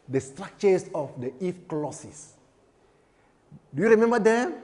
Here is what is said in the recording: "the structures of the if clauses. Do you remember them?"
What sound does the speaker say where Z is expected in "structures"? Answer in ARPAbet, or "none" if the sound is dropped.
S